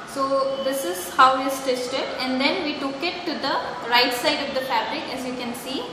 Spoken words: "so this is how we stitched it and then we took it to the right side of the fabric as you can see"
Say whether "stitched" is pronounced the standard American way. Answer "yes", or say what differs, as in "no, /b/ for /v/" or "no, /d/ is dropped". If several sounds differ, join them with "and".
no, /s/ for /tʃ/